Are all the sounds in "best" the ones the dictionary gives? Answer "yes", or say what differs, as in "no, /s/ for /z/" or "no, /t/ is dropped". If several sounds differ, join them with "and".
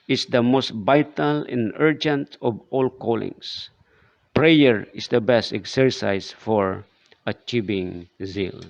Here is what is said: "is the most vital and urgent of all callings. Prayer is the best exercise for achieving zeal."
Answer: yes